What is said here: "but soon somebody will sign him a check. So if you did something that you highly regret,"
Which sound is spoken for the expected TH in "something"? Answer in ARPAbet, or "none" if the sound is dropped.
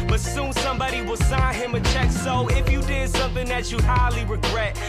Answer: TH